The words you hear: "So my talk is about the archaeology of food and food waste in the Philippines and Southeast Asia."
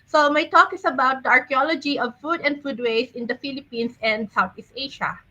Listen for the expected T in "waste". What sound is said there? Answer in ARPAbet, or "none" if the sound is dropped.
none